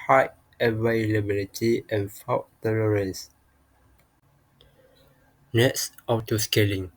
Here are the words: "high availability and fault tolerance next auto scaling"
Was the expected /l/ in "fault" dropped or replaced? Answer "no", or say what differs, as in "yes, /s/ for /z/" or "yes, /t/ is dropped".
yes, /w/ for /l/